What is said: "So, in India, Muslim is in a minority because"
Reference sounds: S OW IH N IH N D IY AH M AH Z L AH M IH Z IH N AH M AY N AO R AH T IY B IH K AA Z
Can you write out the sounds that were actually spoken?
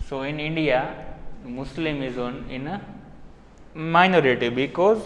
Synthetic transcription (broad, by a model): S OW IH N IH N D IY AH M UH S L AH M IH Z IH N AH M AY N AO R AH T IY B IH K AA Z